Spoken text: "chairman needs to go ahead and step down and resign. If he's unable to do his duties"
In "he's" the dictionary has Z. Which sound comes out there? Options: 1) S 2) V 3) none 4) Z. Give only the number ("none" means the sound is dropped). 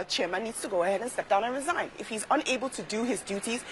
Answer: 4